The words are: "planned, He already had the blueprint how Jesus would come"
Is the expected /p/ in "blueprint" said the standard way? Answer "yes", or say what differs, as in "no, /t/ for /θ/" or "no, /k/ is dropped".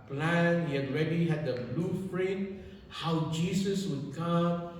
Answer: no, /f/ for /p/